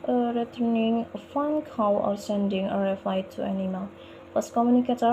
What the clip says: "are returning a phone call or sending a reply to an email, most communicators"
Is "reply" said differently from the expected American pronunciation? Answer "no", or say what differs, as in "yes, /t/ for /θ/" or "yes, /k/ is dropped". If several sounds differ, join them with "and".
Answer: yes, /f/ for /p/